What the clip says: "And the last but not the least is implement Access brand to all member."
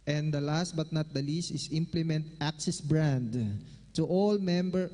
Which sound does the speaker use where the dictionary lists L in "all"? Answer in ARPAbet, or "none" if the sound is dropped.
L